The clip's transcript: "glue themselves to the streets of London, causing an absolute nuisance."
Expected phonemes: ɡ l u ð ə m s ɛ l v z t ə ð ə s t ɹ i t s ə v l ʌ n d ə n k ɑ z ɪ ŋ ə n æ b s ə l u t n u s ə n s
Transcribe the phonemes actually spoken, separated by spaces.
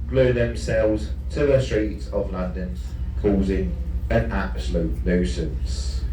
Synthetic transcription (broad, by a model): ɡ l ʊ ð ə m s ɛ l v z t ə ð ə s t ɹ i t s ə v l ʌ n d ə n k ɑ z ɪ ŋ ə n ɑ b s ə l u t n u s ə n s